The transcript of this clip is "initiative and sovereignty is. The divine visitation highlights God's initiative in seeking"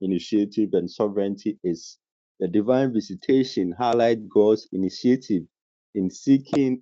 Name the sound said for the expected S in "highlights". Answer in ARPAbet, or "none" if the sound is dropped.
none